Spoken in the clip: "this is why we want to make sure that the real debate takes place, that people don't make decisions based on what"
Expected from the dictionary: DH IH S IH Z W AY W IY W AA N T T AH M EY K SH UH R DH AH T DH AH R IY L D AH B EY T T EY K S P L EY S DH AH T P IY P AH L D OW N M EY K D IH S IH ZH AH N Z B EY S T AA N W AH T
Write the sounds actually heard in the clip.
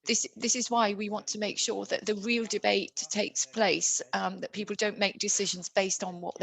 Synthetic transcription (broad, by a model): DH IH S IH Z W AY W IY W AA N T T AH M EY K SH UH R DH AH T DH AH R IY L D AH B EY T T EY K S P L EY S DH AH T P IY P AH L D OW N M EY K D IH S IH ZH AH N Z B EY S T N W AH T